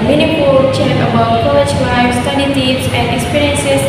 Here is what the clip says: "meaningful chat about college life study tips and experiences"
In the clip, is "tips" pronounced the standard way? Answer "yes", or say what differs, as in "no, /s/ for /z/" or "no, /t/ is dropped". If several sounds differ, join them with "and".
no, /p/ is dropped